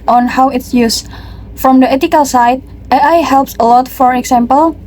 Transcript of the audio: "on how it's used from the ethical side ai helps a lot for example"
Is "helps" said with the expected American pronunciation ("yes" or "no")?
yes